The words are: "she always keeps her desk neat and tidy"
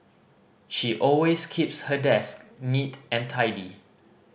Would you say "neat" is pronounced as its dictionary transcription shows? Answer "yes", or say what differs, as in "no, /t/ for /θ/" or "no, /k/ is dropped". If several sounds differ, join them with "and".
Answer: yes